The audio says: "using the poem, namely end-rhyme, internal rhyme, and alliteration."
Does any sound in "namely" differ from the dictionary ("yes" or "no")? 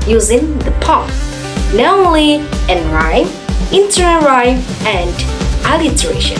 yes